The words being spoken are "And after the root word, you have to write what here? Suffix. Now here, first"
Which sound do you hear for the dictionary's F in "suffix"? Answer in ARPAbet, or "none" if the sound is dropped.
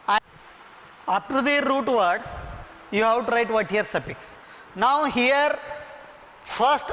P